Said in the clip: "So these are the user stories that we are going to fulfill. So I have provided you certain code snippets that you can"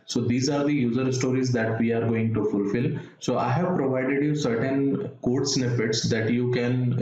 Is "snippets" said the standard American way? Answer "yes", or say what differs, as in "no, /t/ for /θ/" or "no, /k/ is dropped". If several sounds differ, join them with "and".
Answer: no, /f/ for /p/